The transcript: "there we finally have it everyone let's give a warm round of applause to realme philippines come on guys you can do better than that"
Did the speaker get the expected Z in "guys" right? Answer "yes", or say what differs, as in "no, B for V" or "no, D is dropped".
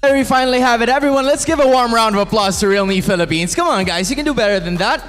yes